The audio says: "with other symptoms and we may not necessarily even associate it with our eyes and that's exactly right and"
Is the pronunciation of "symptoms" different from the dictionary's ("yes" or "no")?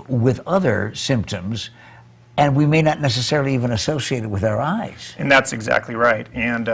no